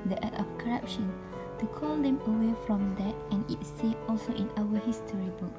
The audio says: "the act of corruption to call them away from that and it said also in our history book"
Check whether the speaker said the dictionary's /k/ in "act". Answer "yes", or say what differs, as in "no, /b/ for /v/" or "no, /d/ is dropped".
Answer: no, /k/ is dropped